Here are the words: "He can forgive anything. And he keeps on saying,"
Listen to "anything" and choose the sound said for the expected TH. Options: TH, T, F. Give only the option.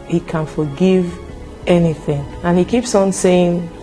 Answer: TH